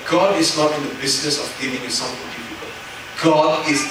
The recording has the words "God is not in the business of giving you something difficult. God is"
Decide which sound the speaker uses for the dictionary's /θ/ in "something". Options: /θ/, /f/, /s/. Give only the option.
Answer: /f/